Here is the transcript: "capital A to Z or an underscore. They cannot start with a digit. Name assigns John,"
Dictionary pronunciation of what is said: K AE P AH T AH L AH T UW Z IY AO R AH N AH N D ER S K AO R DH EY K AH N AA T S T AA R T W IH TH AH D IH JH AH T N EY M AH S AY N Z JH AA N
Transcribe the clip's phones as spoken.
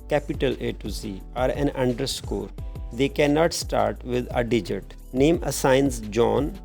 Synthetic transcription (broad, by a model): K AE P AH T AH L AH T UW S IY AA R AH N AH N D ER S K AO R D EY K AH N AA T S T AA R T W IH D AH D IH JH AH T N EY M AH S AY N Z JH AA N